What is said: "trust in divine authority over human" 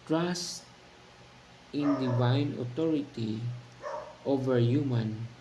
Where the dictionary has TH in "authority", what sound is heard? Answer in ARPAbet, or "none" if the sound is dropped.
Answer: T